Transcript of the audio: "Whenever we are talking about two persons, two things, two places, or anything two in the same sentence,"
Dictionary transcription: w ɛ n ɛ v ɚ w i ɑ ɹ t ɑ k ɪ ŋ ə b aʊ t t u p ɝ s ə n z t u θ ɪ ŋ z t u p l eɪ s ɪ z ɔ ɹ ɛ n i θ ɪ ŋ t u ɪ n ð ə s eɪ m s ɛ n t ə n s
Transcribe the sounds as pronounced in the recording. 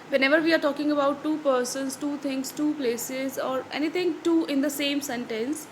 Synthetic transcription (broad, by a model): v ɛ n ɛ v ɚ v i ɑ ɹ t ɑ k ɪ ŋ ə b aʊ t t u p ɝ s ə n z t u t ɪ ŋ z t u p l eɪ s ɪ z ɔ ɹ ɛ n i t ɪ ŋ t u ɪ n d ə s eɪ m s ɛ n t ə n s